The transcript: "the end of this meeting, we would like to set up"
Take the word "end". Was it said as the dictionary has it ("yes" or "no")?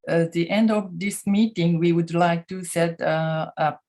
yes